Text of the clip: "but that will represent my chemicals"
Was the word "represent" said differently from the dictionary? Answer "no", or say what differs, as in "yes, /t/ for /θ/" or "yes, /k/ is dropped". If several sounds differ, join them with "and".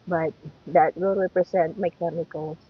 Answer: yes, /s/ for /z/